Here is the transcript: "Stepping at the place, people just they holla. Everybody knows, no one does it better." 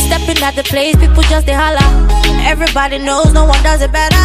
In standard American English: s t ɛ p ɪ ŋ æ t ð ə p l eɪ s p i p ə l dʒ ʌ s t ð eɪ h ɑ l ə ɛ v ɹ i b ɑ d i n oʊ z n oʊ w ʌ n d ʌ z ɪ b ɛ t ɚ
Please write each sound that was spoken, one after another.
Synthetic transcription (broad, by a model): s t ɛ p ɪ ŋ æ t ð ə p l eɪ s p i p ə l dʒ ʌ s t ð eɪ h ɑ l ə ɛ v ɹ i b ɑ d i n oʊ z n oʊ w ʌ n d ʌ z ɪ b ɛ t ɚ